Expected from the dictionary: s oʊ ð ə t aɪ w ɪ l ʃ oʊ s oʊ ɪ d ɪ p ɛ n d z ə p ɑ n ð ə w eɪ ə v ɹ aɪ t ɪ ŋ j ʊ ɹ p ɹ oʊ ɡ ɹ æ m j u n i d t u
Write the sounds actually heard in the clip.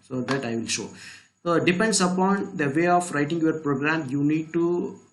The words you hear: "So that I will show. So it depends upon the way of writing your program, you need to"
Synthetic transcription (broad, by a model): s oʊ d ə t aɪ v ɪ l ʃ oʊ s oʊ d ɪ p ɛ n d s ə p ɑ n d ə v eɪ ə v ɹ aɪ t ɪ ŋ j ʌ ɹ p ɹ oʊ ɡ ɹ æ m j u n i d t u